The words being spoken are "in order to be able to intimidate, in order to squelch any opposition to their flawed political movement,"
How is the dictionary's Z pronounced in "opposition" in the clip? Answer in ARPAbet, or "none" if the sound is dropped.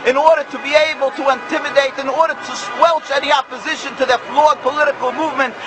Z